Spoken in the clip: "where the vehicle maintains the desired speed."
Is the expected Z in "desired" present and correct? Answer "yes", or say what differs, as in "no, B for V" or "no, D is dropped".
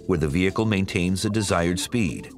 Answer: yes